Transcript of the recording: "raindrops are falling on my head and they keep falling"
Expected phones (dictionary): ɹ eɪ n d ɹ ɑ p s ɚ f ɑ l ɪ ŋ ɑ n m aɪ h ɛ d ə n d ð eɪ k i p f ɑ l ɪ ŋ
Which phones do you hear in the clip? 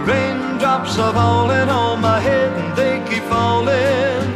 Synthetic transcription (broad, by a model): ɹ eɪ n d ɹ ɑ p s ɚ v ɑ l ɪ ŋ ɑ l m aɪ h ɛ d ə n ð eɪ k i p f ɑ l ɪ